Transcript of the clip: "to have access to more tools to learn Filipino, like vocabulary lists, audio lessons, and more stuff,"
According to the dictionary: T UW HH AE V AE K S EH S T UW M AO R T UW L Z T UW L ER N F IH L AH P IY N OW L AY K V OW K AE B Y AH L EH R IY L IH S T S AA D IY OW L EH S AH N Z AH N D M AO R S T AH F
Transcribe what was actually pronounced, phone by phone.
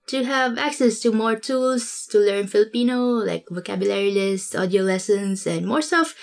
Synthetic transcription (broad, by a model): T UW HH AE V AE K S EH S T UW M AO R T UW L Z T UW L ER N F IH L AH P IY N OW L AY K V OW K AE B Y AH L EH R IY L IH S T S AA D IY OW L EH S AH N S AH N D M AO R S T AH F